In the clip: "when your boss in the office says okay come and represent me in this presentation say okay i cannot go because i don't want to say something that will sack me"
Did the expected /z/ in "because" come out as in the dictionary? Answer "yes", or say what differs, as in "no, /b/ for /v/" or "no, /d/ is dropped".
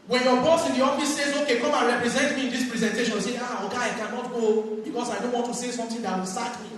no, /s/ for /z/